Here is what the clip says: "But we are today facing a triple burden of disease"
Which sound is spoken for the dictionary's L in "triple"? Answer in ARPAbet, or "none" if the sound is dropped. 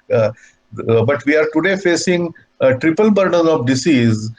L